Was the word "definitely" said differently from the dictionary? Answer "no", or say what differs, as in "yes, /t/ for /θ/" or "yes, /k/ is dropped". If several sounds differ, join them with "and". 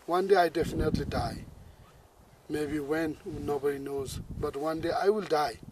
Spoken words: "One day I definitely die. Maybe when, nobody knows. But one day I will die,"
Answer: no